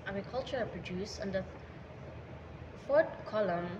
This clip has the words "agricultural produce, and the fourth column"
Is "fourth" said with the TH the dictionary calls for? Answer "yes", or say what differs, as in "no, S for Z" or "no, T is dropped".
no, T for TH